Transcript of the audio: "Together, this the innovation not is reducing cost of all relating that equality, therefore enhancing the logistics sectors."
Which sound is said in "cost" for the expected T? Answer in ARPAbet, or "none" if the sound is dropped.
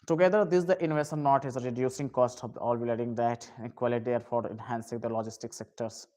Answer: T